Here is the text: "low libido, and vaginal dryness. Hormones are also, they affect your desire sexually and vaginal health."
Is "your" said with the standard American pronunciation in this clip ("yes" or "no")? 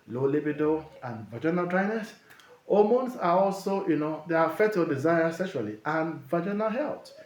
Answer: no